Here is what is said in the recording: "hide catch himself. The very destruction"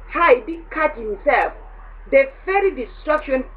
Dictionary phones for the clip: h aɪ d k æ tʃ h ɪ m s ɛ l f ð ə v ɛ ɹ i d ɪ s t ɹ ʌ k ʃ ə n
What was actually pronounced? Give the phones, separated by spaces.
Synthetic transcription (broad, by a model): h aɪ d k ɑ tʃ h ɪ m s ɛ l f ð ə f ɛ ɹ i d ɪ s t ɹ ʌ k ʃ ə n